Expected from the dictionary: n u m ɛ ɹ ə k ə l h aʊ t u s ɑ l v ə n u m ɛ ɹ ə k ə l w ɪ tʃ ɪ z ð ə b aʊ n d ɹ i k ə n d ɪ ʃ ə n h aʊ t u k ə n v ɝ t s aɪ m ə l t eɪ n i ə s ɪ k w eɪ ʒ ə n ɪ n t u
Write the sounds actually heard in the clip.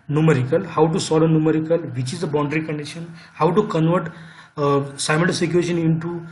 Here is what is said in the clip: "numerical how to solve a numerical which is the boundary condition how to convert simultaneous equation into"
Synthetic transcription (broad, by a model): n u m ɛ ɹ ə k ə l h aʊ t u s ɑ l ə n u m ɛ ɹ ə k ə l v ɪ tʃ ɪ z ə b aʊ n d ɹ i k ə n d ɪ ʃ ə n h aʊ t u k ə n v ɝ t s aɪ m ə n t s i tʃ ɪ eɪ ʃ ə n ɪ n t u